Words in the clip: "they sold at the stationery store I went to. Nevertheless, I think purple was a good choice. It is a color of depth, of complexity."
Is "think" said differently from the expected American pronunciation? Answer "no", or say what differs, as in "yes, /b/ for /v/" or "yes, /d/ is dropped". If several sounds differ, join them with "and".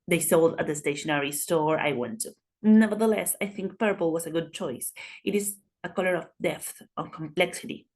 no